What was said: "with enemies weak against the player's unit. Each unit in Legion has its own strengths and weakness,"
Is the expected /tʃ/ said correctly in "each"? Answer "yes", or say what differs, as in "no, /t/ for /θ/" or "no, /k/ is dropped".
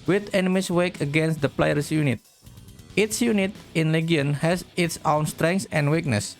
no, /s/ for /tʃ/